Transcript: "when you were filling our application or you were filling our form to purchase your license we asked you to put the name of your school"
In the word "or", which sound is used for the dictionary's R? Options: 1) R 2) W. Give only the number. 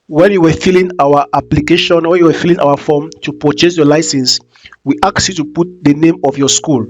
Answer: 2